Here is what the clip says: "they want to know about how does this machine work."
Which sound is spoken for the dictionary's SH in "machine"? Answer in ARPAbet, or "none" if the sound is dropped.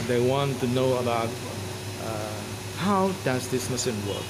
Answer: S